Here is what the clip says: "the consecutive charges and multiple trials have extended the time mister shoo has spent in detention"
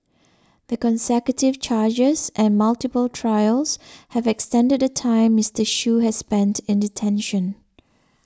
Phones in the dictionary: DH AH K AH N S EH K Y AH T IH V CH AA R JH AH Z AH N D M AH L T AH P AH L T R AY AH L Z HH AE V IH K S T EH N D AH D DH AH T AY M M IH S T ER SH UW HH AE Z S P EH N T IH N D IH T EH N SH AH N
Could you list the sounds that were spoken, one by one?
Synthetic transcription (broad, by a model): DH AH K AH N S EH K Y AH T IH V CH AA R JH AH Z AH N M AH L T AH P AH L T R AY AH L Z HH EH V IH K S T EH N D AH D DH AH T AY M M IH S T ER SH UW HH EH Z S P EH N T IH N D IH T EH N SH AH N